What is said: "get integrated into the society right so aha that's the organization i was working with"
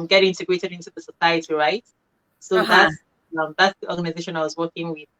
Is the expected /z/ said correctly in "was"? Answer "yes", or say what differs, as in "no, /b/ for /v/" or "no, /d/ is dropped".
yes